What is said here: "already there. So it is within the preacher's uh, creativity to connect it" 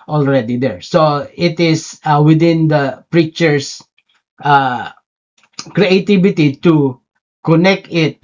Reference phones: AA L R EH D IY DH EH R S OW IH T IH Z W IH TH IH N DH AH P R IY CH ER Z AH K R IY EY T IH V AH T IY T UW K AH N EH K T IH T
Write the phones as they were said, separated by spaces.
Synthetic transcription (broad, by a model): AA L R EH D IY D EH R S OW IH T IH S W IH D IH N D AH P R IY CH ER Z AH K R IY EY T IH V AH T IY T UW K AH N EH K T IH T